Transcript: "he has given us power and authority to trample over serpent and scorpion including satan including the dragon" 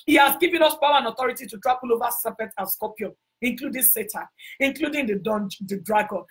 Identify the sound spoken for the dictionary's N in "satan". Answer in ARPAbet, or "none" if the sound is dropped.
none